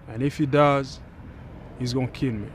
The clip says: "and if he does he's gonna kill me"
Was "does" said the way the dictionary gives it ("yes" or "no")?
yes